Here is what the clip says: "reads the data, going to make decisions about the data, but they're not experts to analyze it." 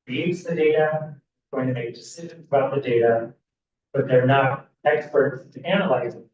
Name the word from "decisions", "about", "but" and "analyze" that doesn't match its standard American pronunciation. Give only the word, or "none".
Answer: none